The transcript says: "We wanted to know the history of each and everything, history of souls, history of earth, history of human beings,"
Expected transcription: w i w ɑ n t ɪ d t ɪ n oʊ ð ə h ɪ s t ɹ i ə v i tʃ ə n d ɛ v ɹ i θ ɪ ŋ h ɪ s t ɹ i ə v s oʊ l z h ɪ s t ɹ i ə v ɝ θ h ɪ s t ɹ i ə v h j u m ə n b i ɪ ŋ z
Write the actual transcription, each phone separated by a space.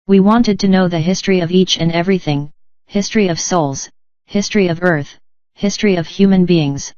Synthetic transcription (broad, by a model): w i w ɑ n t ɪ d t ɪ n oʊ ð ə h ɪ s t ɹ i ə v i tʃ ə n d ɛ v ɹ i θ ɪ ŋ h ɪ s t ɹ i ə v s oʊ l z h ɪ s t ɹ i ə v ɝ θ h ɪ s t ɹ i ə v h j u m ə n b i ɪ ŋ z